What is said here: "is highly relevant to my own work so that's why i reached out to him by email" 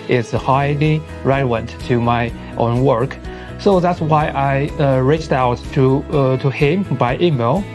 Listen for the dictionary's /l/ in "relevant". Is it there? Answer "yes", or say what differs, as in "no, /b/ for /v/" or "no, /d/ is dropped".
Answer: no, /l/ is dropped